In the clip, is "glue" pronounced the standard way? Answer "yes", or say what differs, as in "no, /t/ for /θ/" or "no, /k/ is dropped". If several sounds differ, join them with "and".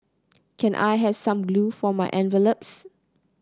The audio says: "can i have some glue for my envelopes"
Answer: yes